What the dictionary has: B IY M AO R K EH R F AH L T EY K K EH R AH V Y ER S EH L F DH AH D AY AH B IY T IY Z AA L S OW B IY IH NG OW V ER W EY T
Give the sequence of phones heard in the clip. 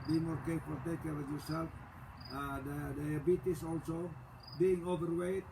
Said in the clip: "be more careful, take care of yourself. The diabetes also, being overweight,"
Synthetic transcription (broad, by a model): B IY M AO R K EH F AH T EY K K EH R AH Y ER S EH L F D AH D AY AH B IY T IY S AA L S OW B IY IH NG OW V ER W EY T